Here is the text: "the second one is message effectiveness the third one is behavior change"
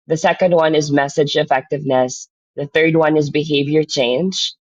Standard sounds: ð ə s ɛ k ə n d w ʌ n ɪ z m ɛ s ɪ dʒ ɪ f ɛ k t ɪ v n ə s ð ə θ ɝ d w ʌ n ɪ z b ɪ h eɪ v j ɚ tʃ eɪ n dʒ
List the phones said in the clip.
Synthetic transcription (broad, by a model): ð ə s ɛ k ə n d w ʌ n ɪ z m ɛ s ɪ dʒ ɪ f ɛ k t ɪ v n ə s ð ə θ ɝ d w ʌ n ɪ z b ɪ h eɪ v j ɚ tʃ eɪ n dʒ